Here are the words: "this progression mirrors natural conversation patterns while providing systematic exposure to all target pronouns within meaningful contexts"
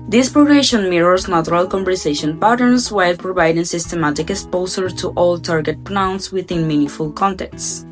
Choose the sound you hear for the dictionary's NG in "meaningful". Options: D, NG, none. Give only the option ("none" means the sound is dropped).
none